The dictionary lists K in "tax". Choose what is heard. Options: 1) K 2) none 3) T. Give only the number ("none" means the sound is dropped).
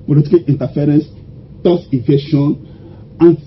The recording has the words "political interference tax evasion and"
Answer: 2